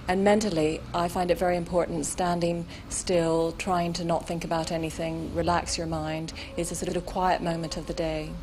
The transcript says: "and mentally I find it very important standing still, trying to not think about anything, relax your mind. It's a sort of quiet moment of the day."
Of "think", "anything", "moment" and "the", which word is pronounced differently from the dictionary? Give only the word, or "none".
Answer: none